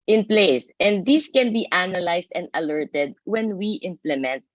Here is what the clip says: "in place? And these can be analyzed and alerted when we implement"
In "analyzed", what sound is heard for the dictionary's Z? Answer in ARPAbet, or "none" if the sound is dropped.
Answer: S